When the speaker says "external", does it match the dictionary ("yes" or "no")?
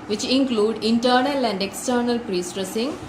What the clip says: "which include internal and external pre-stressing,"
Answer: yes